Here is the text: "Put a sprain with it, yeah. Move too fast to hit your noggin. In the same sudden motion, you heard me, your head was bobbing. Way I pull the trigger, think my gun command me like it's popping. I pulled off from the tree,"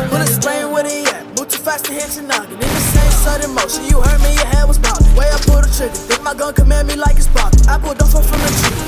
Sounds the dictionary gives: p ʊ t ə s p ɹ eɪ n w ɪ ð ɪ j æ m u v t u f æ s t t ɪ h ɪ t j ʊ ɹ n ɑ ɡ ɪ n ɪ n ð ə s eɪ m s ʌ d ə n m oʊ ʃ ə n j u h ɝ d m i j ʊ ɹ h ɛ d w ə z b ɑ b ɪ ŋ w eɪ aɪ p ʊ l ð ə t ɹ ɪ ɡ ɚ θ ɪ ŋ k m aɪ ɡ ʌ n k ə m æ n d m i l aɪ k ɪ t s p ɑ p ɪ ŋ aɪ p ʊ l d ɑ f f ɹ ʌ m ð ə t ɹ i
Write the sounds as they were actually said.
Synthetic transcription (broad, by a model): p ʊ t ə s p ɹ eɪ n w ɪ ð ɪ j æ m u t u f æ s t t ɪ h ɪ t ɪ n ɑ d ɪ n ɪ n ð ə s eɪ m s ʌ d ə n m oʊ ʃ ə n j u h ɝ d m i j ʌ ɹ h ɛ d w ə z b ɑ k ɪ w eɪ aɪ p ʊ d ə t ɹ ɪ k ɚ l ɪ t m aɪ ɡ ʌ n k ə m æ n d m i l aɪ k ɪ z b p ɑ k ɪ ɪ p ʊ d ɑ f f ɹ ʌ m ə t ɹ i